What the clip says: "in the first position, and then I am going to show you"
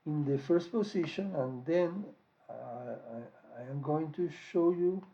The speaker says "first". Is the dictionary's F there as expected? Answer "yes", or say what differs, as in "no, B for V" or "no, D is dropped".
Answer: yes